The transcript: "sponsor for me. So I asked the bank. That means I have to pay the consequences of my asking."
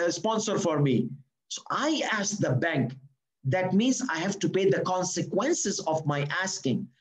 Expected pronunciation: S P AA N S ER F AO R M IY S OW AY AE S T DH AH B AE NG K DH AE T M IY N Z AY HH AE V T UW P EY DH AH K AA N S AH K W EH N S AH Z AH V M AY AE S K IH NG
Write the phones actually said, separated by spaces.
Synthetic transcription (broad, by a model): S P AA N S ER F AO R M IY S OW AY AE S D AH B AE NG K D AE T M IY N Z AY HH AE V T UW P EY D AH K AA N S AH K W EH N S AH Z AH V M AY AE S K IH NG